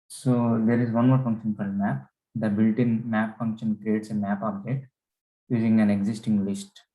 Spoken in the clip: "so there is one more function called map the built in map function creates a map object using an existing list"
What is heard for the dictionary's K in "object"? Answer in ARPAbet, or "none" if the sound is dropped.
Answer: none